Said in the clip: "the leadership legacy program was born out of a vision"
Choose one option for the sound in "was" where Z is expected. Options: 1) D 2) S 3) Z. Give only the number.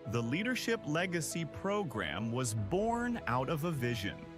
3